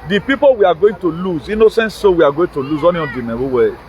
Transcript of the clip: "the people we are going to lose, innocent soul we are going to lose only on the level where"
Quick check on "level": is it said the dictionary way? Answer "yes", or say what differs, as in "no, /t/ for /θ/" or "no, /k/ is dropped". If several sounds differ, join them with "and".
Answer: no, /w/ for /v/